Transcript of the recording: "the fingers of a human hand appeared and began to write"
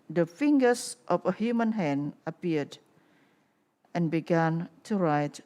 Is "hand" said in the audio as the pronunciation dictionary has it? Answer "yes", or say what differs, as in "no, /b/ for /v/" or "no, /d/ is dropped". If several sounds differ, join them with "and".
no, /d/ is dropped